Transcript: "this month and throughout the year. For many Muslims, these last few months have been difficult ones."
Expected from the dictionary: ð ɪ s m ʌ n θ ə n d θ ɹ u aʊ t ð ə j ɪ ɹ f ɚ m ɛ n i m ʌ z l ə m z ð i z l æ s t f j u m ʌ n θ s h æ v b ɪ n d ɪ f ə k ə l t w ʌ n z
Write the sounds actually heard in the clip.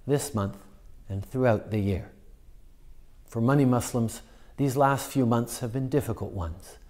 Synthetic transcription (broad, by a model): ð ɪ s m ʌ n θ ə n θ ɹ u aʊ t ð ə j ɪ ɹ f ɚ m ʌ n i m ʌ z l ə m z ð i z l æ s t f j u m ʌ n θ s h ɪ v b ɪ n d ɪ f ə k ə l t w ʌ n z